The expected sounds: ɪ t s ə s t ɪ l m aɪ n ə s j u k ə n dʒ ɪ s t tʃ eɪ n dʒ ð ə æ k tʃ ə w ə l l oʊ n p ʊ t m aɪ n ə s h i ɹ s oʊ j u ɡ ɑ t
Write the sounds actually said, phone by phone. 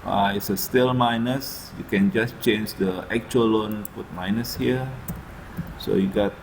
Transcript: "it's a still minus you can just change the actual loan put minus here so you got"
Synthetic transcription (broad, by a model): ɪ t s ə s t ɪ l m aɪ n ə s j u k ə n dʒ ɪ s tʃ eɪ n dʒ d ə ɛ k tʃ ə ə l l oʊ n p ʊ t m aɪ n ə s h i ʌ s oʊ j u ɡ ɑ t